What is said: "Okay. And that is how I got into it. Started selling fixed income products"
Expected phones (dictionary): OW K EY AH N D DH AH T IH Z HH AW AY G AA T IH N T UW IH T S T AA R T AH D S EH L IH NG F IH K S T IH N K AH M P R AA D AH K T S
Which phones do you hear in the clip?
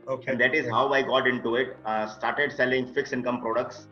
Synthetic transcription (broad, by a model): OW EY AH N D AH T IH Z HH AW AY G AA T IH N T UW IH T S T AA R T AH D S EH L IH NG F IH K S IH N K AH M P R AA D AH K T S